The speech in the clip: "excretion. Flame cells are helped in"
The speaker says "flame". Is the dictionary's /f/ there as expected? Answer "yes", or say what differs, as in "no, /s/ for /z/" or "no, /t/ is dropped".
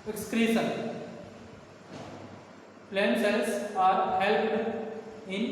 no, /p/ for /f/